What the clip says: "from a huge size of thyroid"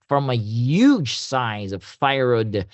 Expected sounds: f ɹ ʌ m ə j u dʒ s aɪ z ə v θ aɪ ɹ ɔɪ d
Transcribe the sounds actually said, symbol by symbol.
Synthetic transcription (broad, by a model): f ɹ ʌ m ə j u dʒ s aɪ z ə v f aɪ ɹ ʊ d